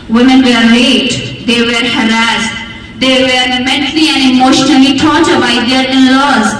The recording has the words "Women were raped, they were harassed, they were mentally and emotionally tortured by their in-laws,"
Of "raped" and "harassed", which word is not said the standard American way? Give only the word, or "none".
raped